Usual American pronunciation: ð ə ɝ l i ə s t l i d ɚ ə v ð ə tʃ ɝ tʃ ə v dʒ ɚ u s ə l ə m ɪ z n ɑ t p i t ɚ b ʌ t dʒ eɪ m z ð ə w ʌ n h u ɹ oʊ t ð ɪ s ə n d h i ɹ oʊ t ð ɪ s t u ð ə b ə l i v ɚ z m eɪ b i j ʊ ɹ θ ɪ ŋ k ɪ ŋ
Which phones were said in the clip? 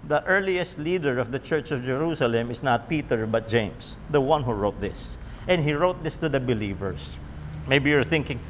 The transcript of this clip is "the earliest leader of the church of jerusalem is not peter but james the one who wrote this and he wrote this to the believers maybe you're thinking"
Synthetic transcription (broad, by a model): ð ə ɝ l i ə s t l i d ɚ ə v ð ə tʃ ɝ tʃ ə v dʒ ɚ u s ə l ə m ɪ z n ɑ t p i t ɚ b ʌ t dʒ eɪ m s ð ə w ʌ n h u ɹ oʊ t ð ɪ s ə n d h i ɹ oʊ t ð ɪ s t u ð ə b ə l i v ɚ s m eɪ b i j ʊ ɹ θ ɪ ŋ k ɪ ŋ